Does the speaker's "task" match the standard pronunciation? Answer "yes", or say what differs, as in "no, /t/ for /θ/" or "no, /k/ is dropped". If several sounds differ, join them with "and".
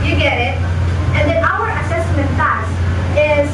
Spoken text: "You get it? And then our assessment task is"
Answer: no, /k/ is dropped